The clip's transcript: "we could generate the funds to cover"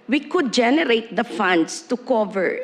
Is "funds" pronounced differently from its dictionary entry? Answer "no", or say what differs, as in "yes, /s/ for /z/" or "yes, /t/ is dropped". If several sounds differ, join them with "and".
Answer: yes, /s/ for /z/